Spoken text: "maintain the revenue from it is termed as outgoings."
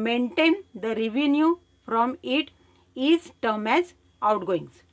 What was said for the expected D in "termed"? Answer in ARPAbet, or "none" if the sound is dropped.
none